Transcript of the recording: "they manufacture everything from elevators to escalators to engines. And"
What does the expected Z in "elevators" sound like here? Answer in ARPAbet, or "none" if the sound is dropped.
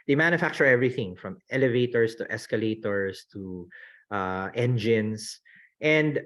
S